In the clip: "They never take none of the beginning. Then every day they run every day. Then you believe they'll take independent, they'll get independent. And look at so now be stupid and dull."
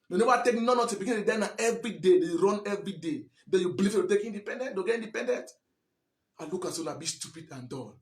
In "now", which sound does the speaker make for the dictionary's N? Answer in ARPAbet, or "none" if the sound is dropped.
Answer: L